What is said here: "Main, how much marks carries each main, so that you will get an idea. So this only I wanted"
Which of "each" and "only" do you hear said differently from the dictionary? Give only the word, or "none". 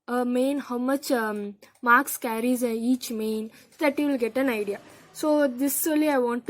only